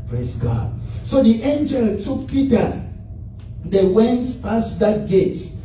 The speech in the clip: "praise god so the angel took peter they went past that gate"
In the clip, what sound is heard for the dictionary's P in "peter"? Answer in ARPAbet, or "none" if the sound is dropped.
P